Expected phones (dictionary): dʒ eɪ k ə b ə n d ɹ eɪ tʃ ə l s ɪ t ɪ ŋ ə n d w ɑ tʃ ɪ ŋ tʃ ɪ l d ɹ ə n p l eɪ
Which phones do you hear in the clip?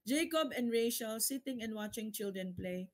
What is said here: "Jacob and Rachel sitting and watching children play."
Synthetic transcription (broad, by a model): dʒ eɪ k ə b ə n ɹ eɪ ʃ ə l s ɪ t ɪ ŋ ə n w ɑ tʃ ɪ ŋ tʃ ɪ l d ɹ ə n p l eɪ